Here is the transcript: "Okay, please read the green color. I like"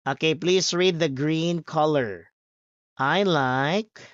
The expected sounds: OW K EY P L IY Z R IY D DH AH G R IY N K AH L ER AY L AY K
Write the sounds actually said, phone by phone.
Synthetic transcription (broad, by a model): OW K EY P L IY S R IY D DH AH G R IY N K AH L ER AY L AY K